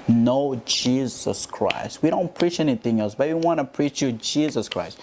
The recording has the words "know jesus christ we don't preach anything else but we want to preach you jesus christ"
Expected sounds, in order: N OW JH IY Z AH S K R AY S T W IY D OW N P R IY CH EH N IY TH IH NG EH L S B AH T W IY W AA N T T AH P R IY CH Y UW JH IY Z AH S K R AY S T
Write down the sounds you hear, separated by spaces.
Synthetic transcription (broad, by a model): N OW JH IY Z AH S K R AY S T W IY D OW N P R IY CH EH N IY TH IH NG EH L S B AH T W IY W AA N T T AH P R IY CH Y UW JH IY Z AH S K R AY S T